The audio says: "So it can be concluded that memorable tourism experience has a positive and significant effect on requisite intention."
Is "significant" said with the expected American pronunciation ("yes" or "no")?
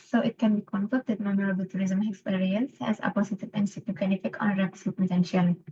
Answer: no